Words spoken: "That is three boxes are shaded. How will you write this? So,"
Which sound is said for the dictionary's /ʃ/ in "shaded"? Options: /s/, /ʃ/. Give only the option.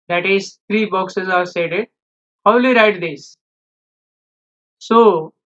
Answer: /s/